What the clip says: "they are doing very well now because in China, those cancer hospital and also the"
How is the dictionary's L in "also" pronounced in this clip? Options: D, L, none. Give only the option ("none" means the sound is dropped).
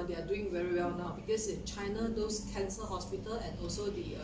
L